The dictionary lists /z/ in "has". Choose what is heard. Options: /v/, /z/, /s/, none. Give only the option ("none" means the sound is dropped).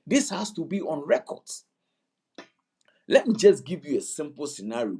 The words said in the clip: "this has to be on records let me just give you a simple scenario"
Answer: /s/